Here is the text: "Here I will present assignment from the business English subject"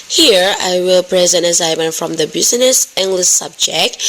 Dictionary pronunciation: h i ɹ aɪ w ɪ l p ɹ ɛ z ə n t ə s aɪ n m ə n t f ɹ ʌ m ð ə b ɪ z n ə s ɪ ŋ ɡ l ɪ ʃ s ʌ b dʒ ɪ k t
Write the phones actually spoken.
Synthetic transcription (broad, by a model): h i ɹ aɪ w ɪ l p ɹ ɛ z ə n t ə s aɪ m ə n f ɹ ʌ m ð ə b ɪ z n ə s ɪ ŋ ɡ l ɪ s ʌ b dʒ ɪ k t